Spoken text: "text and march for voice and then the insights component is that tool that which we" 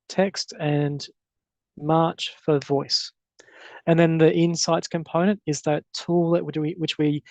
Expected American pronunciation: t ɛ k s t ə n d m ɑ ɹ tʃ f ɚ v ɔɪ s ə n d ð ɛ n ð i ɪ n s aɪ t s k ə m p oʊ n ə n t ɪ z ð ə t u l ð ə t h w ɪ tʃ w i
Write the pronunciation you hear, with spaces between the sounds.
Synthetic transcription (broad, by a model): t ɛ k s t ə n m ɑ ɹ tʃ f ɚ v ɔɪ s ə n ð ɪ n ð i ɪ n s aɪ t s k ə m p oʊ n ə n t ɪ z ð ə t u l ð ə t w w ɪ tʃ w i